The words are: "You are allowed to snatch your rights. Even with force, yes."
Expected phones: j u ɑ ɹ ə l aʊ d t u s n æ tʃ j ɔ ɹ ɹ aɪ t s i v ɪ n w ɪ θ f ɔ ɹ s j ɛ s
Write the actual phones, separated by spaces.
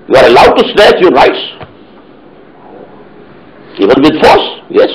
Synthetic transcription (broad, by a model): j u ɑ ɹ ə l aʊ d t u s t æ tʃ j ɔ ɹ ɹ aɪ t s i v ɪ n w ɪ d f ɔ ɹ s j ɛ s